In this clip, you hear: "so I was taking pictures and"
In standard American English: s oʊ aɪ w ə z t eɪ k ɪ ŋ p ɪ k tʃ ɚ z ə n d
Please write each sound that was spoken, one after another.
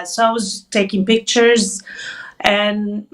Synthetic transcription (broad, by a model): s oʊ aɪ w ə z t eɪ k ɪ ŋ p ɪ k tʃ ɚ z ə n